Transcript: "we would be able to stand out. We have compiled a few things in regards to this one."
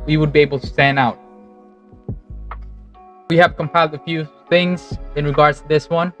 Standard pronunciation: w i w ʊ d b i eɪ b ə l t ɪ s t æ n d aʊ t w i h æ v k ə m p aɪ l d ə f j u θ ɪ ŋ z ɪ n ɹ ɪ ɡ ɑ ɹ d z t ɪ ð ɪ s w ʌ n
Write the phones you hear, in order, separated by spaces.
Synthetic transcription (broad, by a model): w i w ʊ d b i eɪ b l t ɪ s t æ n aʊ t w i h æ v k ə m p aɪ l d ə f j u θ ɪ ŋ z ɪ n ɹ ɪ ɡ ɑ ɹ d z t ɪ ð ɪ s w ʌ n